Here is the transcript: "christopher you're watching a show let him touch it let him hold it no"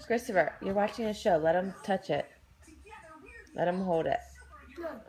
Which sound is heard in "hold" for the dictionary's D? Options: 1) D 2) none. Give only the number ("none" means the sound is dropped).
1